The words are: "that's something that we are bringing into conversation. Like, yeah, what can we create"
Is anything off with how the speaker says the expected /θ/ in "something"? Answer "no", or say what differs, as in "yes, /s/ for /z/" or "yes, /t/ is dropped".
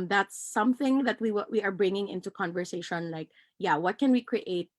no